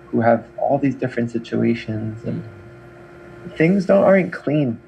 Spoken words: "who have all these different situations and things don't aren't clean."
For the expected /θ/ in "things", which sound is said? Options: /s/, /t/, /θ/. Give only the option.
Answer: /θ/